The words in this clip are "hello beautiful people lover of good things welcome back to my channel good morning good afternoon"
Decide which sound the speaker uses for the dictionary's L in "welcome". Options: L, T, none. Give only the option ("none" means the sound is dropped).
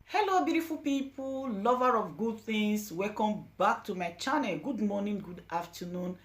none